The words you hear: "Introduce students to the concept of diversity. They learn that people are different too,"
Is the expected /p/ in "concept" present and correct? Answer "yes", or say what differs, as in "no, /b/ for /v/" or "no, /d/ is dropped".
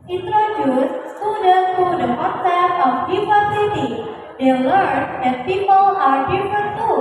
no, /p/ is dropped